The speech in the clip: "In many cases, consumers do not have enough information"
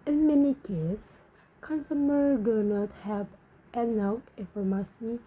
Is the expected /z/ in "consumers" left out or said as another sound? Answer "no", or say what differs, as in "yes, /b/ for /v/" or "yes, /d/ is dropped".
yes, /z/ is dropped